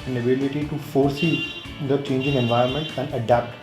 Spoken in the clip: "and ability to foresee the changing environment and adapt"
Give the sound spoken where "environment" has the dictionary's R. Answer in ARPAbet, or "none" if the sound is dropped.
none